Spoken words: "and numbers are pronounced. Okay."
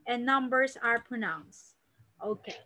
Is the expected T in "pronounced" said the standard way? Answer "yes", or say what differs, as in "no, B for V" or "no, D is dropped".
yes